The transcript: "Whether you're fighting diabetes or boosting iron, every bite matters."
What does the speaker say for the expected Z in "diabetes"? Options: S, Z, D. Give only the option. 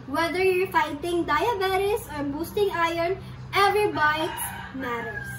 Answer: S